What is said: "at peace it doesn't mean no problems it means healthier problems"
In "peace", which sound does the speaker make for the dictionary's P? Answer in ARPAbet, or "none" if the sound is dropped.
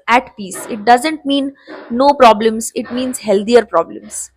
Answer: P